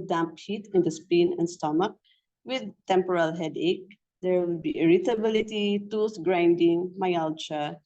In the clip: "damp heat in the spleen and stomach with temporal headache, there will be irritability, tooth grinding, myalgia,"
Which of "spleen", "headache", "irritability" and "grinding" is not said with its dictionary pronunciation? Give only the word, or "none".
spleen